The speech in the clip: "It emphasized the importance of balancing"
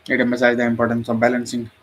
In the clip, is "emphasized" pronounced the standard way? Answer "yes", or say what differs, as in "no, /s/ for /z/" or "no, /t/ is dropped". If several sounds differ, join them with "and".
no, /f/ is dropped